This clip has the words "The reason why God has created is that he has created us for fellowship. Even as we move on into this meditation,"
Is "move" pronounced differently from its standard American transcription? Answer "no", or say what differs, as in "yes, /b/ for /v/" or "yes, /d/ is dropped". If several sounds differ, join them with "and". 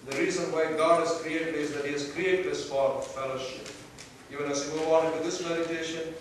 yes, /w/ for /v/